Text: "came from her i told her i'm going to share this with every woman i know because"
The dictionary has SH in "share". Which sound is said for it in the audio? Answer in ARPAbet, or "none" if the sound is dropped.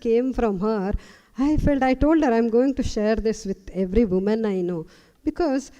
SH